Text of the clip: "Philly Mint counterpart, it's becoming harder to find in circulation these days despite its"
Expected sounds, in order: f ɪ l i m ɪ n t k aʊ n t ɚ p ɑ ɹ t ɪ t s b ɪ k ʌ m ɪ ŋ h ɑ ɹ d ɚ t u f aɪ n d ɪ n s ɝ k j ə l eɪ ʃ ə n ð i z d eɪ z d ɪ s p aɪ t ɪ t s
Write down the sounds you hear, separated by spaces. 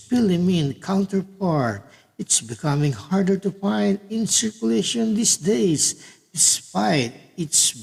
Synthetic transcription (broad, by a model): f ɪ l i m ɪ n k aʊ n t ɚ p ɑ ɹ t ɪ t s b ɪ k ʌ m ɪ ŋ h ɑ ɹ d ɚ t u f aɪ n d ɪ n s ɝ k j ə l eɪ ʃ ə n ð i s d eɪ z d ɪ s p aɪ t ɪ t s